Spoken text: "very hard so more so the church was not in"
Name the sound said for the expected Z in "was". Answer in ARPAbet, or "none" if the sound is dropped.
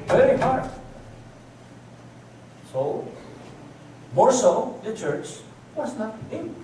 S